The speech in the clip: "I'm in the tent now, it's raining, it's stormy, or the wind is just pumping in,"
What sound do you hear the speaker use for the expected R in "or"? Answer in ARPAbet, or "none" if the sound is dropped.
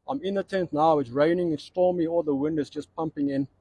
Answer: L